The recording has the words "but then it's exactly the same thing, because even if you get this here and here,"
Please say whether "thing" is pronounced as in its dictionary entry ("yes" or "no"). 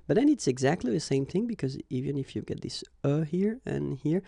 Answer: yes